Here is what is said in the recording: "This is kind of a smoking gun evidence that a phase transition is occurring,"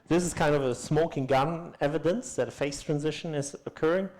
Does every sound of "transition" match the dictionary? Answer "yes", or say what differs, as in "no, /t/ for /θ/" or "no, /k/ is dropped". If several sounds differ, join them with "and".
yes